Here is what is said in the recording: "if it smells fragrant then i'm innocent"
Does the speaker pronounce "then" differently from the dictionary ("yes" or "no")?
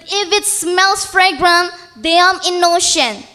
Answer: yes